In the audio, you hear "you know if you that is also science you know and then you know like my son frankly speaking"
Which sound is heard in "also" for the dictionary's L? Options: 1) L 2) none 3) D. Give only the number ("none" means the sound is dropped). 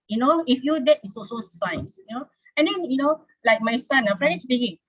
2